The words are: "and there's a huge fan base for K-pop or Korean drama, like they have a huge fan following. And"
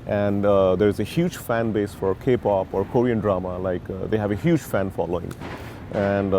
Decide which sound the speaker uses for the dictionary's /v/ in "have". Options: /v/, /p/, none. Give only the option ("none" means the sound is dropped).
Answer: /v/